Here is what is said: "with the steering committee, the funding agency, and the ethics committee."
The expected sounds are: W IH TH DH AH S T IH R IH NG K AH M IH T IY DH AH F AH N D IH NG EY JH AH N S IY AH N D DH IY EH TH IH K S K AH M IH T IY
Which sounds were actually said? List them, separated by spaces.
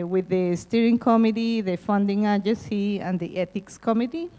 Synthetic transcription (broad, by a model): W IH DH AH S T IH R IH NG K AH M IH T IY DH AH F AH N D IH NG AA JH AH S IY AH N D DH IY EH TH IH K S K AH M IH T IY